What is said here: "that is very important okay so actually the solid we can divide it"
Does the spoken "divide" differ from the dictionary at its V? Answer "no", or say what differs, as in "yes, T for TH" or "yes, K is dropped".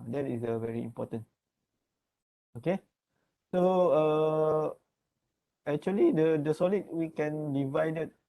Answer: no